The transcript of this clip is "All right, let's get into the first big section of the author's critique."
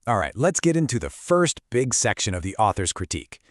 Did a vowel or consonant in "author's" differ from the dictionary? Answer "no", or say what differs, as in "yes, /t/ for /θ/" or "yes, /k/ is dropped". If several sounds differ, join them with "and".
no